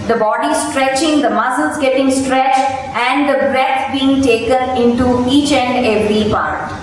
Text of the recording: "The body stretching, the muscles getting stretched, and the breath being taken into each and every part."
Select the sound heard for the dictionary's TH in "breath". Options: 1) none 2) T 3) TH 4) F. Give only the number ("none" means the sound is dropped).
2